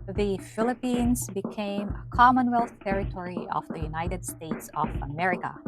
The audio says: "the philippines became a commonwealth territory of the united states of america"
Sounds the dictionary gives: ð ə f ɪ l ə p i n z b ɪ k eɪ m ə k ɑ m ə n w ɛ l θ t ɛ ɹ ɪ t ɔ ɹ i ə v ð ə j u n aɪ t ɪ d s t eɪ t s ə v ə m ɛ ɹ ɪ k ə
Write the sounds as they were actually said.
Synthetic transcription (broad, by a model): ð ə f ɪ l ə p i n z b ɪ k eɪ m ə k ɑ m ə n w ɛ l θ t ɛ ɹ ɪ t ɔ ɹ i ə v ð ə j u n aɪ t ɪ d s t eɪ t s ə v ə m ɛ ɹ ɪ k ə